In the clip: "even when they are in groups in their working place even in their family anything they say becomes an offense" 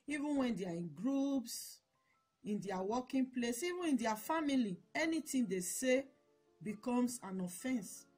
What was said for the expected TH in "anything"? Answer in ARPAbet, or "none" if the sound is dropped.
T